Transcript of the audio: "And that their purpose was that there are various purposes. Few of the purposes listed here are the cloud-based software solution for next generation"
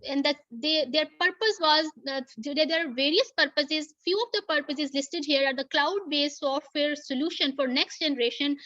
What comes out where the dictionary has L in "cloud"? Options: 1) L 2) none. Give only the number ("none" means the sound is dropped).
1